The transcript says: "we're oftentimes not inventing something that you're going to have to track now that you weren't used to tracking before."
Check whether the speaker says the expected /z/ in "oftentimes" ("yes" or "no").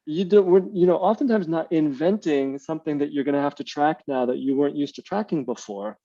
yes